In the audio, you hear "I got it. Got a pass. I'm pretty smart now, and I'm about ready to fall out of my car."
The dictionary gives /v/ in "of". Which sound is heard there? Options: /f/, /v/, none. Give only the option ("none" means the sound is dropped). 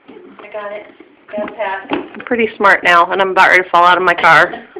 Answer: /v/